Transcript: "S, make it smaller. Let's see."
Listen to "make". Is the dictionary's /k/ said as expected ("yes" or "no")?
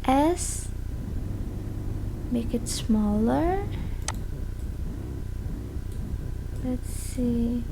yes